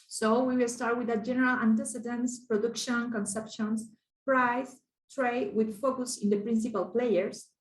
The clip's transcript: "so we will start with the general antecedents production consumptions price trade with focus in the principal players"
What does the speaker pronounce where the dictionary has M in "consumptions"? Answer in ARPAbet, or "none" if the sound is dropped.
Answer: none